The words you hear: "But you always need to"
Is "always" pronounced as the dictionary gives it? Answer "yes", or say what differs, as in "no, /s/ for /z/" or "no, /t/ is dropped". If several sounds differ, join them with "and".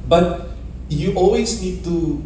no, /s/ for /z/